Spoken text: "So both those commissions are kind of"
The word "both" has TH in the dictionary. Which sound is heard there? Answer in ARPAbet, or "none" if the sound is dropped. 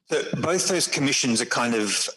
TH